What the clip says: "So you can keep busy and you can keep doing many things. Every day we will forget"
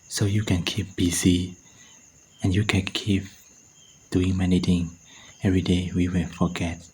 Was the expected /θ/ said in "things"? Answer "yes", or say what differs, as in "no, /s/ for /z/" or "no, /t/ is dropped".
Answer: no, /t/ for /θ/